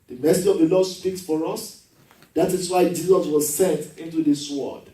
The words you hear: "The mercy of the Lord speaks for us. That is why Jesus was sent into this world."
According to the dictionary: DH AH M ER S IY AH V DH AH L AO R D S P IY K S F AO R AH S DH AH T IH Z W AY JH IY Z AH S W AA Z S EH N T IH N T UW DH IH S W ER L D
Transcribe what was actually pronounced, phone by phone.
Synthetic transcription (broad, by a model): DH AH M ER S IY AH V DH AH L AO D S P IY K S F AO R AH S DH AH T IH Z W AY JH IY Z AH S W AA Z S EH N T IH N T UW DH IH S W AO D